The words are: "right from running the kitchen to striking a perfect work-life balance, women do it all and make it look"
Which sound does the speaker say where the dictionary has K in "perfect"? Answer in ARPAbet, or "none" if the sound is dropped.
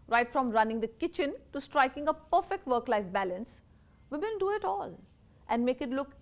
K